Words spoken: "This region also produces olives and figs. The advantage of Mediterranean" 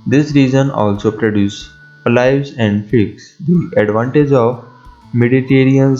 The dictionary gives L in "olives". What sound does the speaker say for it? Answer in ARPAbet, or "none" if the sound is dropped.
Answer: none